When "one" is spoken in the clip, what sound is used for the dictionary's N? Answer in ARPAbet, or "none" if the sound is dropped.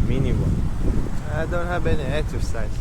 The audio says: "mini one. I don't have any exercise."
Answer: none